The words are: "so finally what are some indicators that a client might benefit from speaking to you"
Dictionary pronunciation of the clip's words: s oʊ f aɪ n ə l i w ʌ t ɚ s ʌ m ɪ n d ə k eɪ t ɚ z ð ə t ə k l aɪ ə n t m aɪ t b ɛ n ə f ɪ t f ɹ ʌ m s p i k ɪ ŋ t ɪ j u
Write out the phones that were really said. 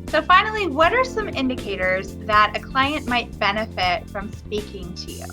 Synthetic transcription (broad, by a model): s oʊ f aɪ n l i w ʌ t ɚ s ʌ m ɪ n d ə k eɪ t ɚ z ð ə t ə k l aɪ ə n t m aɪ t b ɛ n ə f ɪ t f ɹ ʌ m s p i k ɪ ŋ t ɪ j u